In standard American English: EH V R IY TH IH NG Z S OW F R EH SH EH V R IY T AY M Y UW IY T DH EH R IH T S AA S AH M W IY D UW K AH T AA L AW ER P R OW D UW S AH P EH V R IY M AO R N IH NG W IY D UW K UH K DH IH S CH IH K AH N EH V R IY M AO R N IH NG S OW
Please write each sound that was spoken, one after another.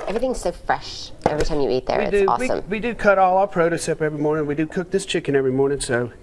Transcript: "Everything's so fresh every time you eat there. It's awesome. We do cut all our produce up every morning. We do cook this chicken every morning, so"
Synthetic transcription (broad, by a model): EH V R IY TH IH NG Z S OW F R EH SH EH V R IY T AY M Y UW IY T DH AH R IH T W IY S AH M W IY D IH K AH T AA L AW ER P R OW D UW S AH P EH V R IY M AO R N IH NG W IY D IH K UH K DH IH S CH IH K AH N EH V R IY M AO R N IH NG S OW